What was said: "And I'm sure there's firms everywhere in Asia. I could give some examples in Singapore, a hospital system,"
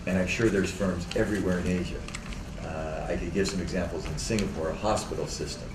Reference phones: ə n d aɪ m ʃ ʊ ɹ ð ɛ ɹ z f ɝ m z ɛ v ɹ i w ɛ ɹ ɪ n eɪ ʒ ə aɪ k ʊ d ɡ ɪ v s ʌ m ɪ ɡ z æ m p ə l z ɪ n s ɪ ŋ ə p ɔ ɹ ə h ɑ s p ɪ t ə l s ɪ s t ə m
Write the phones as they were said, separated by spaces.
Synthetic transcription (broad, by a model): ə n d aɪ m ʃ ʊ ɹ ð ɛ ɹ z f ɝ m z ɛ v ɹ i w ɛ ɹ ɪ n eɪ ʒ ə aɪ k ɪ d ɡ ɪ v s ʌ m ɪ ɡ z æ m p l z ɪ n s ɪ ŋ ə p ɔ ɹ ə h ɑ s p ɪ t l s ɪ s t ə m